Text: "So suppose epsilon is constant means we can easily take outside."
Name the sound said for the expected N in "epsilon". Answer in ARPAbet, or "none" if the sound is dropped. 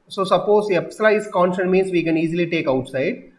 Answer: none